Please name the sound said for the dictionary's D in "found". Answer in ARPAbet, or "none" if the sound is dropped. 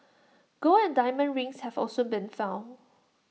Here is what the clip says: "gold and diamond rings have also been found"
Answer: none